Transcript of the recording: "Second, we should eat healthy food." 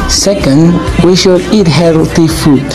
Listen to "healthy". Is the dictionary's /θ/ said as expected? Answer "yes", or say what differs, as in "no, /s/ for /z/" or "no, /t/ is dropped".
no, /t/ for /θ/